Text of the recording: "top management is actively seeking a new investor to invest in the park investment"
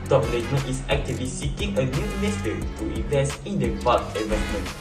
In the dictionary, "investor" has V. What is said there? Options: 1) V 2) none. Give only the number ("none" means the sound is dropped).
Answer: 2